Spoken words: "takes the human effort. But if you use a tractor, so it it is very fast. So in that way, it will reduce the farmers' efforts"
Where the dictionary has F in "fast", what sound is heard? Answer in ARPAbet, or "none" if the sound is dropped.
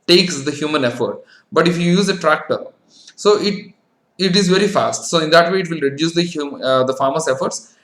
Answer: F